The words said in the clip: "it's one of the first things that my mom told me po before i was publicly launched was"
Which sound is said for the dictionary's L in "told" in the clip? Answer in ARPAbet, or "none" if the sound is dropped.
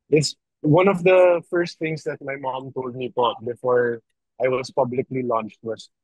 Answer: L